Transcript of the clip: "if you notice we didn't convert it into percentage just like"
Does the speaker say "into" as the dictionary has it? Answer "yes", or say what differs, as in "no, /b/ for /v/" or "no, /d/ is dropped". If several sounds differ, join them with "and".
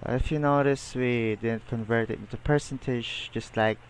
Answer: no, /n/ is dropped